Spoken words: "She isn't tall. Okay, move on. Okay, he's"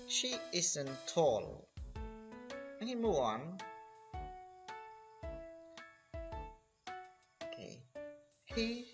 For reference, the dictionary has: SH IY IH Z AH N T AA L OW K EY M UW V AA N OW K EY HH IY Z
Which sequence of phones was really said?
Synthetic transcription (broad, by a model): SH IY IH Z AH N T AA L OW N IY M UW AA N OW K EY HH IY